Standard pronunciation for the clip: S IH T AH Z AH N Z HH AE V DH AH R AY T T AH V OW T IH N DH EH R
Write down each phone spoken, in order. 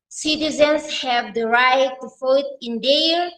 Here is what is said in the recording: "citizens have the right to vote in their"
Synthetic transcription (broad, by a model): S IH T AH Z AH N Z HH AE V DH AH R AY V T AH F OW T IH N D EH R